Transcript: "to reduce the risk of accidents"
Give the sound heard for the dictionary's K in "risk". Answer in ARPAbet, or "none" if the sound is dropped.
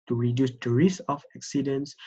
none